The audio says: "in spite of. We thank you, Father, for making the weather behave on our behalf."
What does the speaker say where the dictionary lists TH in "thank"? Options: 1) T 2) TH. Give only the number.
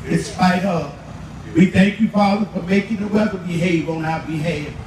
2